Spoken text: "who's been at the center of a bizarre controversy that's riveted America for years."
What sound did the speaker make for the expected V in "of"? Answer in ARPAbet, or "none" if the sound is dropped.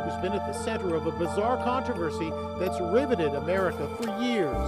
V